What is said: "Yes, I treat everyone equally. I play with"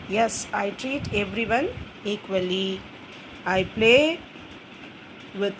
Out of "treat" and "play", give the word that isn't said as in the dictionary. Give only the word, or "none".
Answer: none